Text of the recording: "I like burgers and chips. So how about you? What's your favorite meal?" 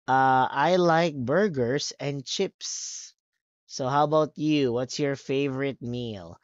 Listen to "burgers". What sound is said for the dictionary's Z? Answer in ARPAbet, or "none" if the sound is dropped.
S